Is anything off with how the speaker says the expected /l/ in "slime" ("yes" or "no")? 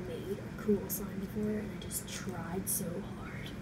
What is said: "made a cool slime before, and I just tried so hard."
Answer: yes